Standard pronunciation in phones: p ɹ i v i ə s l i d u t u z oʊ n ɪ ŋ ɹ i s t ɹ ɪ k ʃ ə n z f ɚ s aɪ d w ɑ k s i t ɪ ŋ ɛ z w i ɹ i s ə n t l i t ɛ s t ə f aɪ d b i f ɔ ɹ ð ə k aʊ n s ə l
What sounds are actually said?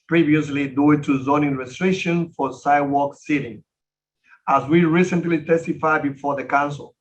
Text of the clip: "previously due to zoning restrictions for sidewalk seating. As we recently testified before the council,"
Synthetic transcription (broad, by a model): p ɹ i v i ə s l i d u t u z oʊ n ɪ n ɹ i s t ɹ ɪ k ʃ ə n f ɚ s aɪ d w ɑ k s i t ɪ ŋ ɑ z w i ɹ i s ə n t l i t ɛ s t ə f aɪ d b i f ɔ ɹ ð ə k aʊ n s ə l